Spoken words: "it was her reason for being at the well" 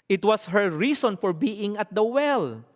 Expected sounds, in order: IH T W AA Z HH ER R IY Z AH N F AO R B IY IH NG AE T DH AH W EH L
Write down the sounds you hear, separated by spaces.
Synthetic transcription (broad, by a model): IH T W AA S HH ER R IY S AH N F AO R B IY IH NG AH T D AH W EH L